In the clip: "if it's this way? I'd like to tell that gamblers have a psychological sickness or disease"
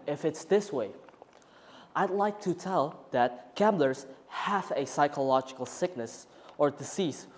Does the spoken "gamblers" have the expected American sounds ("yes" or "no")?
yes